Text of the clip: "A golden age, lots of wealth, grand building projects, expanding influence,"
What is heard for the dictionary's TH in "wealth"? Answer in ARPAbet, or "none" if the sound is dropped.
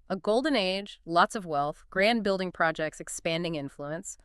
TH